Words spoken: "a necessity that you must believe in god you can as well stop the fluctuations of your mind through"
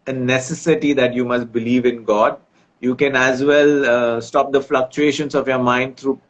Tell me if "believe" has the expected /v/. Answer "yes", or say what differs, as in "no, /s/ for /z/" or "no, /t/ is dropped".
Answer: yes